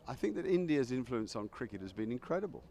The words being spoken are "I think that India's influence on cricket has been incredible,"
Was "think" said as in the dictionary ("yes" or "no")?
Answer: yes